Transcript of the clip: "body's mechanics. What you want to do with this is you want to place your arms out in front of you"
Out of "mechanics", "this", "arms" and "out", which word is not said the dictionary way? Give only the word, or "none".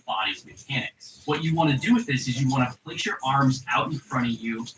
mechanics